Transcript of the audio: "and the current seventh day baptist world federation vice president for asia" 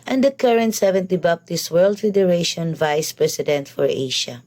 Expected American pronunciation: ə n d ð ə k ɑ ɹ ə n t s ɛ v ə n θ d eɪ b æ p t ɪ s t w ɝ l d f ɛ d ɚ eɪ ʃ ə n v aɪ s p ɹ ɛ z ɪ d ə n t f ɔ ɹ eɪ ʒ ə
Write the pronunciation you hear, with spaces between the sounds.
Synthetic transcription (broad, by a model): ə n d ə k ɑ ɹ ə n t s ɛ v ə n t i b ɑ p t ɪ s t w ɝ l d f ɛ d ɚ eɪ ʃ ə n v aɪ s p ɹ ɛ s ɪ d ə n t f ɔ ɹ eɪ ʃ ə